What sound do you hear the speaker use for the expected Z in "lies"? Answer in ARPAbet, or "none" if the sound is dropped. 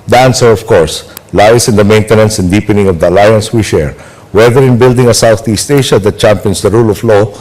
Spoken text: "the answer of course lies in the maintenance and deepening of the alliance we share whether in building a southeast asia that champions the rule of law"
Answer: S